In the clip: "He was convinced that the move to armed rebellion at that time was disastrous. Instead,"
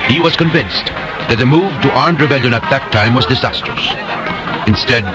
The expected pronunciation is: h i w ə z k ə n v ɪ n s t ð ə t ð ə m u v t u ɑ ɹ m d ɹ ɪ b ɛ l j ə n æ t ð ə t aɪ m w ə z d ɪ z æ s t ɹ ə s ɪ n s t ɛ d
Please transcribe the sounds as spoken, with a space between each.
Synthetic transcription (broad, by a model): h i w ə z k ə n v ɪ n s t ð ə t ð ə m u v t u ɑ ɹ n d ɹ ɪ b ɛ l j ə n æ t ð ə t aɪ m w ə z d ɪ z æ s t ɹ ə s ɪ n s t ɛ d